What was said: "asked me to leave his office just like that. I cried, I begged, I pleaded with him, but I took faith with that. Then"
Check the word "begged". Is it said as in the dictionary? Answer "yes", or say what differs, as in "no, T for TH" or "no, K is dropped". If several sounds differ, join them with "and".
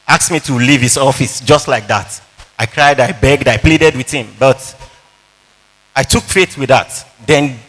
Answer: yes